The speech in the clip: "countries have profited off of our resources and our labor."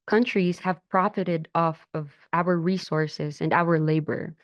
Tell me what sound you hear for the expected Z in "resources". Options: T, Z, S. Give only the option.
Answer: Z